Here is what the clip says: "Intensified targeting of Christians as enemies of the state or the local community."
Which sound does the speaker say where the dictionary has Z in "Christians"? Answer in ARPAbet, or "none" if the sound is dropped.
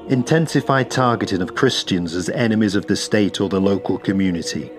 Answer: Z